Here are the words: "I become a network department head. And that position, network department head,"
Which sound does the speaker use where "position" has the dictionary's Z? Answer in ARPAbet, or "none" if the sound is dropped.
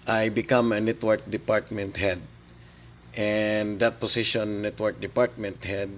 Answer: S